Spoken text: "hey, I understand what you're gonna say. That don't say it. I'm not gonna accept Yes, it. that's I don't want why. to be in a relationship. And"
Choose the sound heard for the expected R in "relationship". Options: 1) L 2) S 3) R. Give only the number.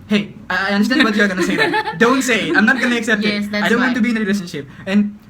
3